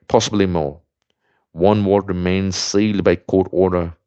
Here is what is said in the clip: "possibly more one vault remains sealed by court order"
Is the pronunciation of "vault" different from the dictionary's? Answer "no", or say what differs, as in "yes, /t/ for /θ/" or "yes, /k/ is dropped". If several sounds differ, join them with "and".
yes, /w/ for /v/